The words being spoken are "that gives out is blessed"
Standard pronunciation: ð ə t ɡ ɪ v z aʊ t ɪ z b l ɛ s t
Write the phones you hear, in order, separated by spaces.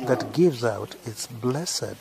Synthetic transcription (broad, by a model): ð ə t ɡ ɪ v z aʊ t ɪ s b l ɛ s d